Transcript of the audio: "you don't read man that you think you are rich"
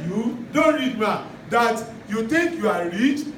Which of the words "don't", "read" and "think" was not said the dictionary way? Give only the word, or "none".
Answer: think